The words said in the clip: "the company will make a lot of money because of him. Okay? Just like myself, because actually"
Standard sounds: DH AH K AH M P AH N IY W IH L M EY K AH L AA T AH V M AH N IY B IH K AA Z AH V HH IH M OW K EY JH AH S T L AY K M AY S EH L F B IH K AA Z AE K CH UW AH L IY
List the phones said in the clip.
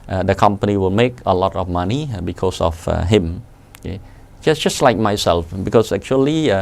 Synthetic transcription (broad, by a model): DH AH K AH M P AH N IY W IH L M EY K AH L AA T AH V M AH N IY B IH K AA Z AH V HH IH M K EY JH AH S T L AY K M AY S EH L F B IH K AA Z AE K CH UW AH L IY